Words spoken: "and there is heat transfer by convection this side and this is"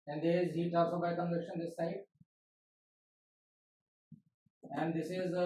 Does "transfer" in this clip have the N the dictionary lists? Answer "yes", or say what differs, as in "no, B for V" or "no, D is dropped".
no, L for N